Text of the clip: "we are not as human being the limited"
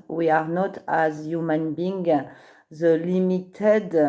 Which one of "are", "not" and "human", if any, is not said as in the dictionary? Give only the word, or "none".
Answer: none